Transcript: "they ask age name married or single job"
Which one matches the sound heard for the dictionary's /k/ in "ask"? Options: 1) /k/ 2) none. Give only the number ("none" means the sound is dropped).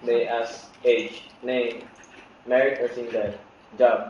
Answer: 2